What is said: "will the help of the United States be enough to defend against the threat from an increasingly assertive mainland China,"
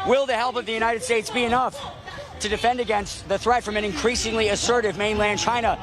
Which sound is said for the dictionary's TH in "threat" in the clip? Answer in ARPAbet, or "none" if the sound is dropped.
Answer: TH